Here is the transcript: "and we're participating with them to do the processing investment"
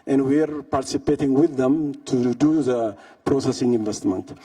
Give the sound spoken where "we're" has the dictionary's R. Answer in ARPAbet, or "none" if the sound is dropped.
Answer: R